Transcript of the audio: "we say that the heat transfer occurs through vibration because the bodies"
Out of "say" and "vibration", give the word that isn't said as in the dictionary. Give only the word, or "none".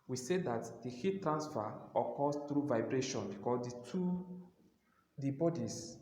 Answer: none